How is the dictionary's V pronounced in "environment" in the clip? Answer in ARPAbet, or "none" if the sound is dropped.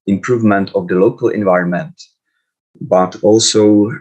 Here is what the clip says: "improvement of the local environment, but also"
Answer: V